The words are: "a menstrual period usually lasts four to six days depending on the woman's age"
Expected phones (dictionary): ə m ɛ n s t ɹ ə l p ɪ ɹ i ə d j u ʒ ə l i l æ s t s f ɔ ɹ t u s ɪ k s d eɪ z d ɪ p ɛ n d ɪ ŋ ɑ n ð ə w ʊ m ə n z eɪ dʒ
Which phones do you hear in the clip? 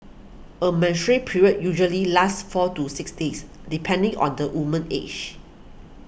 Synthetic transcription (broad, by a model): ə m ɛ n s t ɹ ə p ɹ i ɹ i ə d j u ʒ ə l i l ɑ s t f ɔ t u s ɪ k s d eɪ s d ɪ p ɛ n d ɪ ŋ ɑ n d ə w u m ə n eɪ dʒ